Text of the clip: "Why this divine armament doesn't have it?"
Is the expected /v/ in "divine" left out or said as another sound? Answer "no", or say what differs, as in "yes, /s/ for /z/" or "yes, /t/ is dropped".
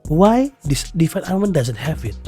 yes, /f/ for /v/